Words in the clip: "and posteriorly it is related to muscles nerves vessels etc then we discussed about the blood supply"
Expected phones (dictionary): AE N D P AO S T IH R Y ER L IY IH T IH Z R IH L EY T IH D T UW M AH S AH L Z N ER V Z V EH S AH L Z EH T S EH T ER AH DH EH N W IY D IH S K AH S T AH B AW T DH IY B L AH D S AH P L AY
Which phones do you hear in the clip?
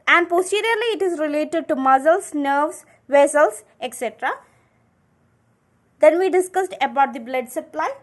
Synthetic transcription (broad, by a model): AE N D P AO S T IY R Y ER L IY IH T IH Z R IH L EY T IH D T UW M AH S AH L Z N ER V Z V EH S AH L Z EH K S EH T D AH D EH N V IY D IH S K AH S T AH B AW T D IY B L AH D S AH P L AY